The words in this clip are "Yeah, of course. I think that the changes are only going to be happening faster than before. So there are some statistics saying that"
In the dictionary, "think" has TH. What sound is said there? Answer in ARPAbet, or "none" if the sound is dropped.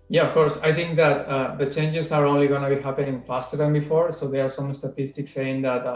T